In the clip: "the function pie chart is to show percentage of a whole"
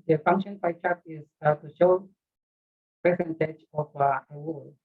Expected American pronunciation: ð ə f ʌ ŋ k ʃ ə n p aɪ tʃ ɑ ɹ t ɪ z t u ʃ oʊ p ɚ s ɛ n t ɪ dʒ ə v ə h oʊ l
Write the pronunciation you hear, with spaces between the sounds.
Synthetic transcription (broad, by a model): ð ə f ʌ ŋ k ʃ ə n b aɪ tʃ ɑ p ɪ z t u ʃ oʊ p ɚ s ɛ n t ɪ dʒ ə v ə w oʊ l